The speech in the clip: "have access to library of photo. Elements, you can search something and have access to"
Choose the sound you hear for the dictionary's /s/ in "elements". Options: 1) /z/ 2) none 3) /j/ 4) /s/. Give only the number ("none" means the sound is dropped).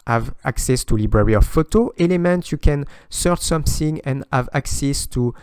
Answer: 2